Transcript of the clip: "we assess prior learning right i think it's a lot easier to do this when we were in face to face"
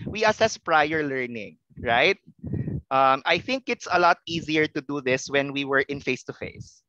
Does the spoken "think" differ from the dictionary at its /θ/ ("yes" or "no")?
no